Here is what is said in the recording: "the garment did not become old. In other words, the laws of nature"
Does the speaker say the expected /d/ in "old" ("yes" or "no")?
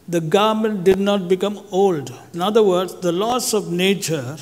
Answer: yes